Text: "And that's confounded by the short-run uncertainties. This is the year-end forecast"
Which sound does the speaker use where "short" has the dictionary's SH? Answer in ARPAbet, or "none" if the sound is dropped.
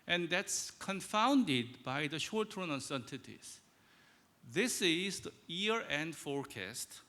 SH